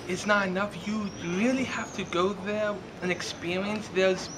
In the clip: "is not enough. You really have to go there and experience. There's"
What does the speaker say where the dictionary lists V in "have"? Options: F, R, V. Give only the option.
F